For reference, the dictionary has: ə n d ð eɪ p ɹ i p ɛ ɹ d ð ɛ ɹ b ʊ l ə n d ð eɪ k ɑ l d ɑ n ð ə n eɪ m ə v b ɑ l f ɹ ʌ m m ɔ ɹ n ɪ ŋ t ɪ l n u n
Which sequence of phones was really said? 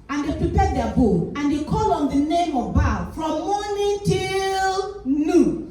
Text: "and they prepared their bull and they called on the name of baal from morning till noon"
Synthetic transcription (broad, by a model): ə n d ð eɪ p ɹ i p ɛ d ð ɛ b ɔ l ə n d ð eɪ k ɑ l ɑ n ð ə n eɪ m ə v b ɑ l f ɹ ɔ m m ɔ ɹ n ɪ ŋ t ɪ l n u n